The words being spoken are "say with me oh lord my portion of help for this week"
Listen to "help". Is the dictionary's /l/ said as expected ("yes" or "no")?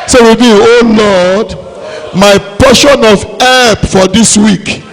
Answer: no